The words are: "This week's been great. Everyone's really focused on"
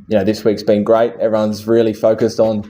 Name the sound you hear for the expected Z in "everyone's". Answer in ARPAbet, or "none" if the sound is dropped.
Z